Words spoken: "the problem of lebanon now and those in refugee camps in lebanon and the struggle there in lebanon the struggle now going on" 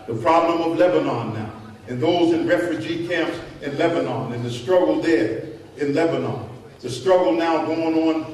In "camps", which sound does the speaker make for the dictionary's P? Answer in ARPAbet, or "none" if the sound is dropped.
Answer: P